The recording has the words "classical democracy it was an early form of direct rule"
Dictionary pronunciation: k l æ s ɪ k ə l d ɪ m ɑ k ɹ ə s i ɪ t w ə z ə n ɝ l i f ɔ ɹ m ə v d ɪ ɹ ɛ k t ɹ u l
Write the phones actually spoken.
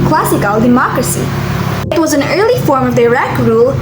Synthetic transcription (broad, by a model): k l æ s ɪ k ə l d ɪ m ɑ k ɹ ə s i ɪ t w ə z ə n ɝ l i f ɔ ɹ m ə v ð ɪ ɹ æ k ɹ u l